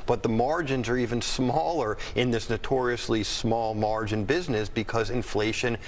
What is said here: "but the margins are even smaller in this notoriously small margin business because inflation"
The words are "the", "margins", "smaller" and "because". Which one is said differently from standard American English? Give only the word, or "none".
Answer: none